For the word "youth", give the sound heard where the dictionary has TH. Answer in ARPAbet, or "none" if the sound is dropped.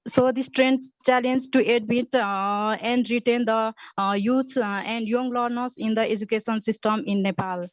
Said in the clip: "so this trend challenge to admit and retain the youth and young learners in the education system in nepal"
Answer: S